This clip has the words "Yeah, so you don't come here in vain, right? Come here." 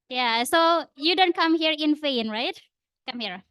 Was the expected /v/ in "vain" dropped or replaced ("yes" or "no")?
yes